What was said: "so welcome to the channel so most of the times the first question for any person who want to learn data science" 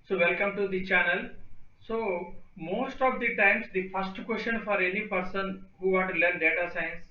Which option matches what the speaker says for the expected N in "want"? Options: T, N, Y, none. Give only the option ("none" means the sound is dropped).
none